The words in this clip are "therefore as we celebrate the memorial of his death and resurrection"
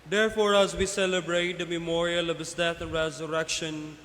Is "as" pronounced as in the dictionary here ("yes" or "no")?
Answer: yes